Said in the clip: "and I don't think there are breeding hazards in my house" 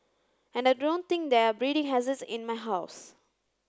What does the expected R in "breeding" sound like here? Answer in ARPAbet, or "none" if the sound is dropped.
R